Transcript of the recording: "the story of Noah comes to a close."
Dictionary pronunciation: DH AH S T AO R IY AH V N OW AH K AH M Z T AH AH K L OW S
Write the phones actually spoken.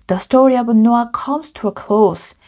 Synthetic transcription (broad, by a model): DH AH S T AO R IY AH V N OW AH K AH M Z T AH AH K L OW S